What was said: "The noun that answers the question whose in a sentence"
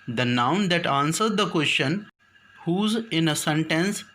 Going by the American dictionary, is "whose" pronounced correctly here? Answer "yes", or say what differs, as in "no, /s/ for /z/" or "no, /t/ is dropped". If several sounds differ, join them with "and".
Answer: yes